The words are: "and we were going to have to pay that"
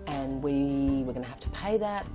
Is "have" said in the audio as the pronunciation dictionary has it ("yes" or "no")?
no